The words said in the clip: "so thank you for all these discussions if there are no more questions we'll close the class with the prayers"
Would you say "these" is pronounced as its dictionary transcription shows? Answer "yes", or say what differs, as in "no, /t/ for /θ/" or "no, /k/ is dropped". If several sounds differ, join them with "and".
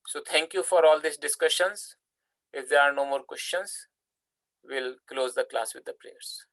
no, /s/ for /z/